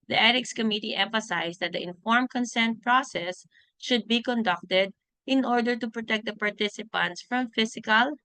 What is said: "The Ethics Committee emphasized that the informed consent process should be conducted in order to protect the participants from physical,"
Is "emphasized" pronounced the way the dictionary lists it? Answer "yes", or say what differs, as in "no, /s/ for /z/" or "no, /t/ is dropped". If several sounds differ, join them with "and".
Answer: no, /s/ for /z/